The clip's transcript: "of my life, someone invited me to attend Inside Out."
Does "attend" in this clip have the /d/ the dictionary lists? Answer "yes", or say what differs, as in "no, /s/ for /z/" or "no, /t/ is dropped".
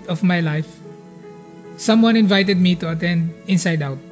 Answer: yes